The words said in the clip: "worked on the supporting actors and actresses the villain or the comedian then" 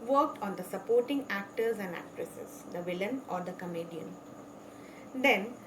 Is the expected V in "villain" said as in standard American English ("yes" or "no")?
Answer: yes